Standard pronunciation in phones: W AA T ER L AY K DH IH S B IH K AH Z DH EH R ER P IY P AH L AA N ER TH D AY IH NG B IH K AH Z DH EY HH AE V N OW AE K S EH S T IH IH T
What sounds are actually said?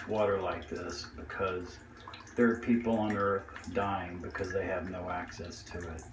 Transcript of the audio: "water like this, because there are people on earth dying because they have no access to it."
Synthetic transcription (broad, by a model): W AA T ER L AY K DH IH S B IH K AH Z DH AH R P IY P L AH N ER TH D AY IH NG B IH K AH Z DH EY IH V N OW AE K S EH S T IH IH T